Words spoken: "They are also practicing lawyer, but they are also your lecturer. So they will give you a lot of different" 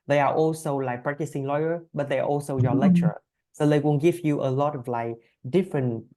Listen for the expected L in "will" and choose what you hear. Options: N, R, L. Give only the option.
N